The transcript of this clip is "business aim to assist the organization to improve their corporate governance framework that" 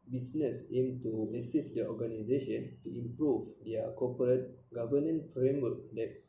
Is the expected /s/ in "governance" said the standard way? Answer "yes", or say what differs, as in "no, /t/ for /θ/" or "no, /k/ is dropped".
no, /s/ is dropped